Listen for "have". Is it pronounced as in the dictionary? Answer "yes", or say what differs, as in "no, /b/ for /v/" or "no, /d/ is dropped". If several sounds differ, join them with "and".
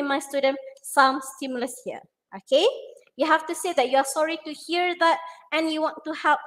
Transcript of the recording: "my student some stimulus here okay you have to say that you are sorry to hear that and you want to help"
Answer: no, /f/ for /v/